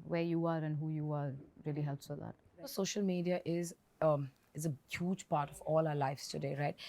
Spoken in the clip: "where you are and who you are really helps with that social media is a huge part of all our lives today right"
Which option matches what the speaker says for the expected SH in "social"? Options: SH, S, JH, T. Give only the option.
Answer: SH